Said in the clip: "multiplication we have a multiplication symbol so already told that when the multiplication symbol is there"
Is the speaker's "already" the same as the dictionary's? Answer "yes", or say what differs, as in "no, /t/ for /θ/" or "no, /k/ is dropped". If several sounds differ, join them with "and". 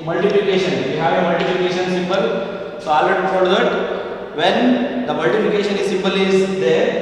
no, /ɹ/ is dropped